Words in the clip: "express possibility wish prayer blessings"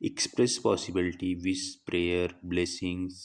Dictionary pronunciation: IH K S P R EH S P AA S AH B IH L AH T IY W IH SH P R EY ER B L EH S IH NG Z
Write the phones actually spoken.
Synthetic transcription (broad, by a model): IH K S P R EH S P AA S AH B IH L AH T IY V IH S P R EY ER B L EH S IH NG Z